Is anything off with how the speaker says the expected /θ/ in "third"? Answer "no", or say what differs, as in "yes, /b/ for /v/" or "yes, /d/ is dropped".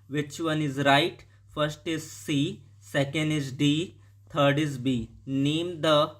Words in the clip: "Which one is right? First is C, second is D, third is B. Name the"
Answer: yes, /t/ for /θ/